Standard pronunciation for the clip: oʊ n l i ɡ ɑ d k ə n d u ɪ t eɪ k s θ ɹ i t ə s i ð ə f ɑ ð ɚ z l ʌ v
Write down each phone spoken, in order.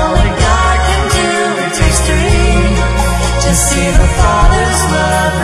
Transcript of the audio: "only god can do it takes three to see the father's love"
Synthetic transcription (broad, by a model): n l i ɡ ɑ d k ə n d u ɪ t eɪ s t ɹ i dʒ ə s i ð ə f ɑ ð ɚ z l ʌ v